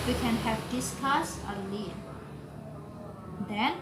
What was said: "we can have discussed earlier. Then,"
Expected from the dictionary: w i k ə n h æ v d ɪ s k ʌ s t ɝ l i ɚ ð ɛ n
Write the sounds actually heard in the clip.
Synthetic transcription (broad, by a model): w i k ə n h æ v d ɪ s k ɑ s ɝ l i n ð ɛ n